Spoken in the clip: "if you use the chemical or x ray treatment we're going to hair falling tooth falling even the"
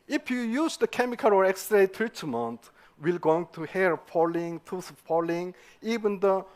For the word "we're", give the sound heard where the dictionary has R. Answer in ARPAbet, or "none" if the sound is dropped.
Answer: L